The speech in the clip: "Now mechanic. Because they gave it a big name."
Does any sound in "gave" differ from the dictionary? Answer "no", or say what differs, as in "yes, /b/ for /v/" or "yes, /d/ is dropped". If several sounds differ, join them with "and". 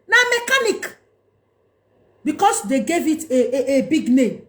no